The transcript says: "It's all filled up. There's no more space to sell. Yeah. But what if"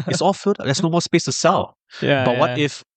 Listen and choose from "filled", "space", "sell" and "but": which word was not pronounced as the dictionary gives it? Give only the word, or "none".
filled